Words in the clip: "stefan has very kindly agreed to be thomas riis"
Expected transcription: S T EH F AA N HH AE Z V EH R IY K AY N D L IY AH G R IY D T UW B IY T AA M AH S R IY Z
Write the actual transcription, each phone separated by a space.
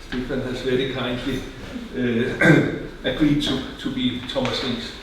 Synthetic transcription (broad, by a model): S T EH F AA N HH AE S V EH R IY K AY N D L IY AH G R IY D S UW B IY S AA M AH S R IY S